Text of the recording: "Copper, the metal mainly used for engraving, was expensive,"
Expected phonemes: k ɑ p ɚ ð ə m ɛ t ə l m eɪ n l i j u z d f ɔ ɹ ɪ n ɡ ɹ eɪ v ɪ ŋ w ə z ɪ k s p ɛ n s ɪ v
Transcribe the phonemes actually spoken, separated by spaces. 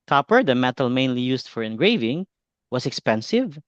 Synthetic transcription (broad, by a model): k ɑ p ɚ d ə m ɛ t ə l m eɪ n l i j u s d f ɔ ɹ ɪ n ɡ ɹ eɪ v ɪ ŋ w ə s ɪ k s p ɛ n s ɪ v